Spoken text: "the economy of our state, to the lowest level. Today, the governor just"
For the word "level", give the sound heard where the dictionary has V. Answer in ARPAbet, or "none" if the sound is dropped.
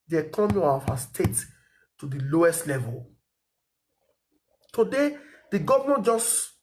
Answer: V